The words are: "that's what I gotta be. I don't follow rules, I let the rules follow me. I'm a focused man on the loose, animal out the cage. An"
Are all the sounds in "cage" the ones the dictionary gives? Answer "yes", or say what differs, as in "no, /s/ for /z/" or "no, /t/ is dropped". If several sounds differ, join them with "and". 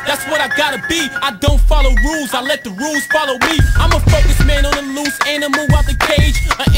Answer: no, /dʒ/ is dropped